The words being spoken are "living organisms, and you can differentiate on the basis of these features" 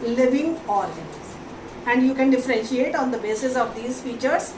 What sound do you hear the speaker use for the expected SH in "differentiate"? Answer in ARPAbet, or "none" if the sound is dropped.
SH